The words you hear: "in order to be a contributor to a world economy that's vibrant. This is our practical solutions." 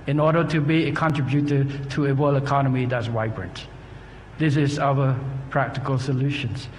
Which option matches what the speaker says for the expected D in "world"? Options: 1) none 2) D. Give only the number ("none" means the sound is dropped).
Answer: 1